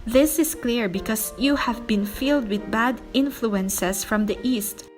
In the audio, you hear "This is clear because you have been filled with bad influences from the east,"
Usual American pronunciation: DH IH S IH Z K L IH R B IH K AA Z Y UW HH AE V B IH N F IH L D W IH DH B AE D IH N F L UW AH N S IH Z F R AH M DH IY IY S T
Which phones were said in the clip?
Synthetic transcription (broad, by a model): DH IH S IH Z K L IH R B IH K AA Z Y UW HH AE V B IH N F IH L D W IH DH B AE D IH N F L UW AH N S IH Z F R AH M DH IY IY S T